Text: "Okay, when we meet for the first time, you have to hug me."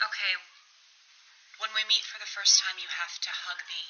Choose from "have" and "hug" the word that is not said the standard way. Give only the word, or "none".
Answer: have